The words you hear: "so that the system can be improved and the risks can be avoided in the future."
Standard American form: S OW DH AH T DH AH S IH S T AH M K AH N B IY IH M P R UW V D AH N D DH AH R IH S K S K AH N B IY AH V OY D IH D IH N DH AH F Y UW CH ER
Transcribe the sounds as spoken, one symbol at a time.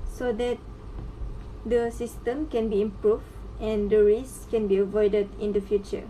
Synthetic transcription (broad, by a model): S OW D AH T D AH S IH S T AH M K AH N B IY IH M P R UW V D AH N D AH R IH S S K AH N B IY AH V OY D IH D IH N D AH F Y UW CH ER